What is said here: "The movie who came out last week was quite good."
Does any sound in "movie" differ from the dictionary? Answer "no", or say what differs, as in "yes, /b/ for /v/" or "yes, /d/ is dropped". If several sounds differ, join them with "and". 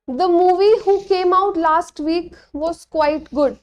no